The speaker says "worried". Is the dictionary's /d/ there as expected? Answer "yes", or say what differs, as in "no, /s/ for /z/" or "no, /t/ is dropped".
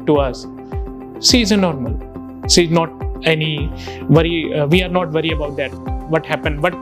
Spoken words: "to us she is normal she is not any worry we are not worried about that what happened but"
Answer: no, /d/ is dropped